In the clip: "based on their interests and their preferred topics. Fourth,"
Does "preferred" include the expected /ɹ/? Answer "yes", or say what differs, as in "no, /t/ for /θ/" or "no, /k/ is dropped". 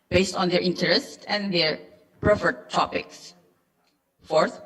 yes